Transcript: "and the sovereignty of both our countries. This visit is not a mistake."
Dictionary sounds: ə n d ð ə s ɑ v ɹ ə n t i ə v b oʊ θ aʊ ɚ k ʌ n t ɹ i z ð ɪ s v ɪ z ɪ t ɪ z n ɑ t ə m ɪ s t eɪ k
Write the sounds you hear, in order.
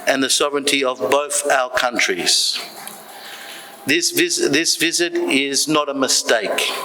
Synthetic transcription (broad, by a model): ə n ð ə s ɑ v ɹ ə n t i ə v b oʊ θ aʊ ɚ k ʌ n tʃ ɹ i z ð ɪ s v ɪ z ɪ t ɪ z n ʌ t ə m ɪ s t eɪ k